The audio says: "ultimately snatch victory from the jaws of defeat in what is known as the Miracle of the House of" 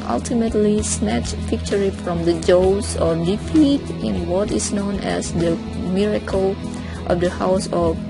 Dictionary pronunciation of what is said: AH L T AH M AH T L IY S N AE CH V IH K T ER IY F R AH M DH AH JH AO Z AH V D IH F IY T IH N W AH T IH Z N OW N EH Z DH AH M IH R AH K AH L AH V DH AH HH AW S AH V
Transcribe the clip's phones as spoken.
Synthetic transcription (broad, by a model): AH L T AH M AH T L IY S N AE CH P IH K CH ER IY F R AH M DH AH JH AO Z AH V D IH F IY T IH N W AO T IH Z N OW N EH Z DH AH M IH R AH K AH L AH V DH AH HH AW S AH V